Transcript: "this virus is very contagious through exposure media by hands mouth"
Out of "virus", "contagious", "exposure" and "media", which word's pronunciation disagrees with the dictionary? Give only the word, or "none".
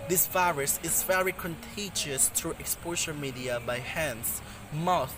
exposure